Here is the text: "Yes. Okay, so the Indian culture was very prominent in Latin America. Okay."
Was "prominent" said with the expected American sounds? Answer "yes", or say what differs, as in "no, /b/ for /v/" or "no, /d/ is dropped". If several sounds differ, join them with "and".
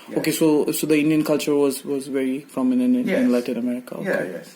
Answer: no, /f/ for /p/ and /t/ is dropped